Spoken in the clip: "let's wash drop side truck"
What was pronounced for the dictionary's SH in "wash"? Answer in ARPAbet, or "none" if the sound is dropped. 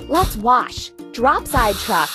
SH